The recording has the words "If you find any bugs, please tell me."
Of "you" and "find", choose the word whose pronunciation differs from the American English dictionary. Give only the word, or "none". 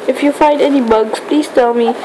none